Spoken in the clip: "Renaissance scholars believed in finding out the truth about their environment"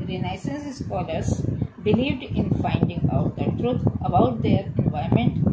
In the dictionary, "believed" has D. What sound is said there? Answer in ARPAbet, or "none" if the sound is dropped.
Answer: D